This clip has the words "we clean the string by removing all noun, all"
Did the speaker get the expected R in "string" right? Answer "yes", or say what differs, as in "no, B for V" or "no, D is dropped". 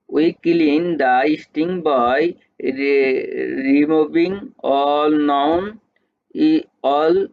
no, R is dropped